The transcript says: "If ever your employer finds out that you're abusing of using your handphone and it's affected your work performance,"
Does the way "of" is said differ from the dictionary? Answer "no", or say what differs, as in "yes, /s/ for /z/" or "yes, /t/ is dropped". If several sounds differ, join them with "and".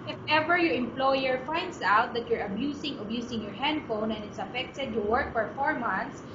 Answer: yes, /b/ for /v/